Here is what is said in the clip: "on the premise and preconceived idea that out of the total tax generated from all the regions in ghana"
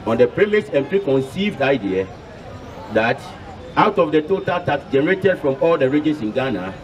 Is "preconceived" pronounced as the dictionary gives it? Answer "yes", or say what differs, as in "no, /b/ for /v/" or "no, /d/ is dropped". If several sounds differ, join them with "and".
yes